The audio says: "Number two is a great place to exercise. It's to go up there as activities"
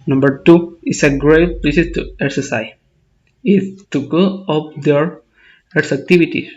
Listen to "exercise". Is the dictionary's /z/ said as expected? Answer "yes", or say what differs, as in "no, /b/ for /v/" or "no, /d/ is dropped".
no, /z/ is dropped